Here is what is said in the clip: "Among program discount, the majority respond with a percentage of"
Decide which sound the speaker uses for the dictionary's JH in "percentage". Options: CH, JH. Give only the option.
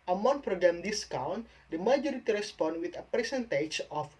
CH